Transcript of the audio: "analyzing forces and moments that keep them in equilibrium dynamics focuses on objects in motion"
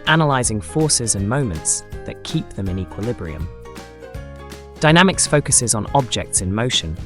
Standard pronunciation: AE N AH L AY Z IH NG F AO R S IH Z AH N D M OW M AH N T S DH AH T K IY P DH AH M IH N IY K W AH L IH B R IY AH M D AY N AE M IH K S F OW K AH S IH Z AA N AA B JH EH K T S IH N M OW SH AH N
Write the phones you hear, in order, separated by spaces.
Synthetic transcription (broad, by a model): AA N AH L AY Z IH NG F AO S IH Z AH N M OW M AH N T S DH AH T K IY P DH AH M IH N IY K W AH L IH B R IY AH M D AY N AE M IH K S F OW K AH S IH Z N AA B JH EH K T S IH N M OW SH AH N